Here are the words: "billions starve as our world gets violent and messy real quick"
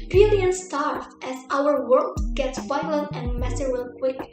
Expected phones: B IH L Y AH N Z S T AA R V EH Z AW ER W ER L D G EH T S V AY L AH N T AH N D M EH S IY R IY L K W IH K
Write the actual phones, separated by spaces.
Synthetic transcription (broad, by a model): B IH L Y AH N S T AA R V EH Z AW ER W ER L D G EH T S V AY L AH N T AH N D M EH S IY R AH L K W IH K